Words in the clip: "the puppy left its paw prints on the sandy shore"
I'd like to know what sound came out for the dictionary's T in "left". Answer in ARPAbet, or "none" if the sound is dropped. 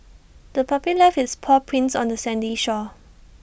none